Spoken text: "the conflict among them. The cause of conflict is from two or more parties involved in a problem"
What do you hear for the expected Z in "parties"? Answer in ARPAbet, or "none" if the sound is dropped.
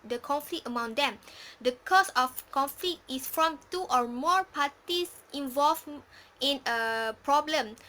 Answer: S